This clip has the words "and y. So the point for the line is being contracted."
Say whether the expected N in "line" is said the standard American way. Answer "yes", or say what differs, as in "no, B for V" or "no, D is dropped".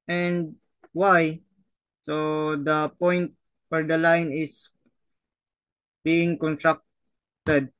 yes